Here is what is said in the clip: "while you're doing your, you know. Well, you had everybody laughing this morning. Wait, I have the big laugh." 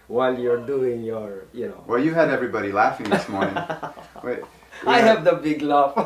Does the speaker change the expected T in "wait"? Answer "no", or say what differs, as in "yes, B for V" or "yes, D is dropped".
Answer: yes, T is dropped